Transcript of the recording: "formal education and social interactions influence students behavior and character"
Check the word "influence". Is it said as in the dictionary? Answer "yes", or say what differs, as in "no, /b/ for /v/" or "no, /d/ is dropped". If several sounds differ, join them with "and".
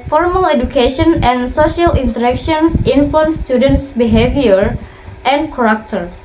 no, /l/ is dropped